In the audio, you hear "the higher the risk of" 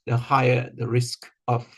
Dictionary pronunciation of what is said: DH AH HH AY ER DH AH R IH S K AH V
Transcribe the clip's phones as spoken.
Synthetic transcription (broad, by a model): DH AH HH AY ER DH AH R IH S K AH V